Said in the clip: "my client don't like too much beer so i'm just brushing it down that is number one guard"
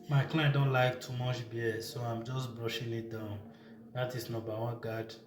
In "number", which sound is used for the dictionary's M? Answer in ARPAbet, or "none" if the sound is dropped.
none